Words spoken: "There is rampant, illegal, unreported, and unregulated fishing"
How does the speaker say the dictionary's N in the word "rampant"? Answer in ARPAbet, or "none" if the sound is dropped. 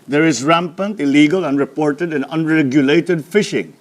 N